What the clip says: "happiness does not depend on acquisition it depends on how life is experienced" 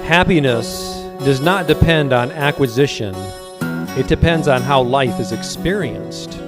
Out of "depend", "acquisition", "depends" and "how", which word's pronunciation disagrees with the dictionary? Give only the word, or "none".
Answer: none